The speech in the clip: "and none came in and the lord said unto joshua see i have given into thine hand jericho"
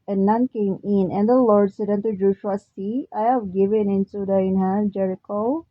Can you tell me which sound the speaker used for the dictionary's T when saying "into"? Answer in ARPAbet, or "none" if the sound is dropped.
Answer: S